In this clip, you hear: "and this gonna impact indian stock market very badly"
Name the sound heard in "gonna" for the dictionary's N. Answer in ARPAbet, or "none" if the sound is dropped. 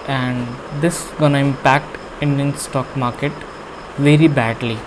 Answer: N